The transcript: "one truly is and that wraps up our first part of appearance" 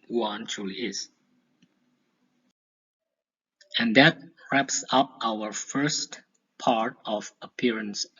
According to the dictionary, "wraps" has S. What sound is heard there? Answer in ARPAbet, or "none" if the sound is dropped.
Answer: S